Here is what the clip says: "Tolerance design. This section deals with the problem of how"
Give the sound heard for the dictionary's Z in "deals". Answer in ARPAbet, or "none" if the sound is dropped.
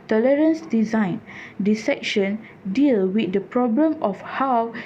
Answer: none